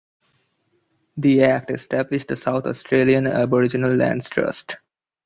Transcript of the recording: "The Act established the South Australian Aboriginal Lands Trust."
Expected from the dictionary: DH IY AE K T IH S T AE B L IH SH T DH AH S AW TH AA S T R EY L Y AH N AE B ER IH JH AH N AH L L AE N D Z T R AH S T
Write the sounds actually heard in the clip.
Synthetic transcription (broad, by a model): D IY AE K T IH S T AE B L IH SH T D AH S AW T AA S T R EY L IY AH N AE B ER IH JH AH N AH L L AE N D S T R AH S T